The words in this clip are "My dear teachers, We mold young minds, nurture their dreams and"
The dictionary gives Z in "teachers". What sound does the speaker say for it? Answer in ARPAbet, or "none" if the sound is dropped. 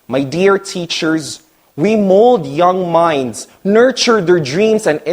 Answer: Z